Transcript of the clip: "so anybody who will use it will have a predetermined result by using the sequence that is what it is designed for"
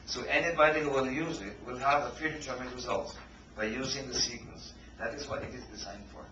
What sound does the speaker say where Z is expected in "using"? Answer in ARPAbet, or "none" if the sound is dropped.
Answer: Z